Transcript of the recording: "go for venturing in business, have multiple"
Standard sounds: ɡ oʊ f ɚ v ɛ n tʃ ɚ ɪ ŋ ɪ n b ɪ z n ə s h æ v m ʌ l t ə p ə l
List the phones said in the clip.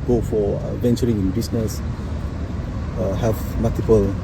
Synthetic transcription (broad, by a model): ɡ oʊ f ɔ v ɛ n tʃ ɚ ɪ ŋ ɪ n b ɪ s n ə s h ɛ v m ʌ l t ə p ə l